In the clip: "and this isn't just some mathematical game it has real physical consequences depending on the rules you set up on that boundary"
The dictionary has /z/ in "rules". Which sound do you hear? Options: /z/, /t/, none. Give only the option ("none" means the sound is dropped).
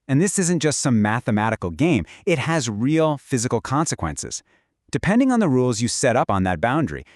/z/